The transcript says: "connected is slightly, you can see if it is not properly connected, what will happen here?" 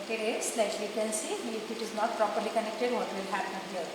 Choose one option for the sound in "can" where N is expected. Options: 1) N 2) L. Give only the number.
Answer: 2